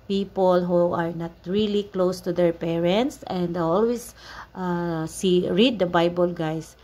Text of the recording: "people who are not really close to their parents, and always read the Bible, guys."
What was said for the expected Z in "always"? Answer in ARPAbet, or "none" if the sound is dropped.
S